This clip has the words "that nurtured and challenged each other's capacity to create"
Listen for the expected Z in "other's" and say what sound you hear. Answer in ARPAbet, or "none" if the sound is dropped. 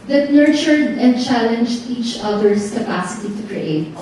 S